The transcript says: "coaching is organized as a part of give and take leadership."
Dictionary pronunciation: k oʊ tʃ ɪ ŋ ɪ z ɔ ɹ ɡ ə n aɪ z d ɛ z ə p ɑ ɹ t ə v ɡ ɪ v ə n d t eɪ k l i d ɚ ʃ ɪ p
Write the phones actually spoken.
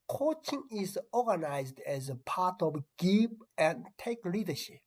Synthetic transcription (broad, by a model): k oʊ tʃ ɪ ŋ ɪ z ɔ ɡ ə n aɪ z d ɛ z ə p ɑ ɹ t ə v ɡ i p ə n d t eɪ k l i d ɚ ʃ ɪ p